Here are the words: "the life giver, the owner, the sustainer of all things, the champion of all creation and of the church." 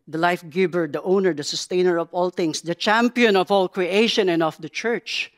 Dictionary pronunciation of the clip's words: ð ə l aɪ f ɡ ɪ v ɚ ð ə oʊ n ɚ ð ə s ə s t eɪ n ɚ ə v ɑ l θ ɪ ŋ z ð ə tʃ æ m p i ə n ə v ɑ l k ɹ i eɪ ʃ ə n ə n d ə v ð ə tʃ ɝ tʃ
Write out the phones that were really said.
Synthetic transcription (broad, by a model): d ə l aɪ f ɡ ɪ b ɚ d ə oʊ n ɚ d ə s ə s t eɪ n ɚ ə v ɑ l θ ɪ ŋ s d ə tʃ æ m p i ə n ə v ɑ l k ɹ i eɪ ʃ ə n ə n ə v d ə tʃ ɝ tʃ